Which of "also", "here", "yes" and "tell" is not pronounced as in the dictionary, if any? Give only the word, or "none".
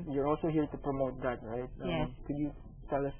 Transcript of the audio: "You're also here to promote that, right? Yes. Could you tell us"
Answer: yes